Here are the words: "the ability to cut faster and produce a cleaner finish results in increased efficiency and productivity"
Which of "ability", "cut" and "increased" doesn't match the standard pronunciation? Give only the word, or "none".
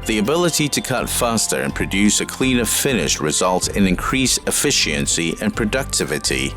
increased